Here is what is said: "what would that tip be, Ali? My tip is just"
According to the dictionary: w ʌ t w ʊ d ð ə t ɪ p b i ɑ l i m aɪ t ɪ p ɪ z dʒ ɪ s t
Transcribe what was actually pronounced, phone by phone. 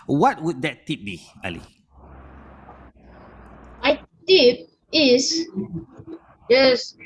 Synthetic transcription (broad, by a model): w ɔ t w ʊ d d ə t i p b i ɑ l i m aɪ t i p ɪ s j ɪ s